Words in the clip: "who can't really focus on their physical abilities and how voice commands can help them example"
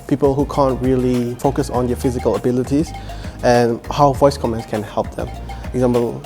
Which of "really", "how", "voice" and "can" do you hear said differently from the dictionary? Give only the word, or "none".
none